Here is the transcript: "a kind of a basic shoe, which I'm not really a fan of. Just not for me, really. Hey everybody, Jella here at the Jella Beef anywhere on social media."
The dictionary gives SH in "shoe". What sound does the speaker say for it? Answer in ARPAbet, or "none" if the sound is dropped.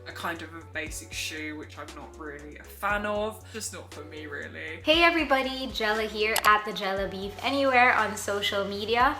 SH